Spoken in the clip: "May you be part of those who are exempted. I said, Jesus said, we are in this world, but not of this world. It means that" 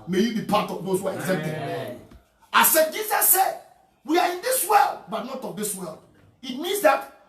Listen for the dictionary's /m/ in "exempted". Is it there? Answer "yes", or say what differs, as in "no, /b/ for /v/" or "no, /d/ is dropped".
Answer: no, /m/ is dropped